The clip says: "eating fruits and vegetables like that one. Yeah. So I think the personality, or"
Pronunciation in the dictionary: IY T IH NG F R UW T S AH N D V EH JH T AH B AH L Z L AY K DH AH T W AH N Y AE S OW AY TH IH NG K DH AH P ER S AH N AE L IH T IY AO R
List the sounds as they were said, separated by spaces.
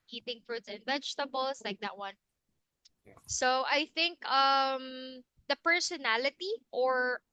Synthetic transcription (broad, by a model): IY T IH NG F R UW T S AH N D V EH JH T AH B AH L S L AY K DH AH T W AH N S OW AY TH IH NG K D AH P ER S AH N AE L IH T IY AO R